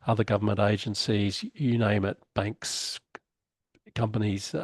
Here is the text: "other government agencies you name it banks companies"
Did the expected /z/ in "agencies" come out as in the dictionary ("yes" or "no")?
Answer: yes